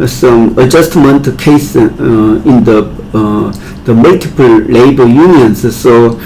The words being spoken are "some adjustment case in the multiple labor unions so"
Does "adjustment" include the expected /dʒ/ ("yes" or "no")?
yes